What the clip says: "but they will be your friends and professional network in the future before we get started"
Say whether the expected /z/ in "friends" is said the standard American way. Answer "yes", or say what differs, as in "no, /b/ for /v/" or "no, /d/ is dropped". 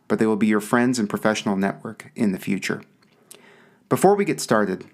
yes